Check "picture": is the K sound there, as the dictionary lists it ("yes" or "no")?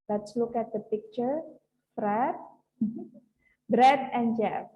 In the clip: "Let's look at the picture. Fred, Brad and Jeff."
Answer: yes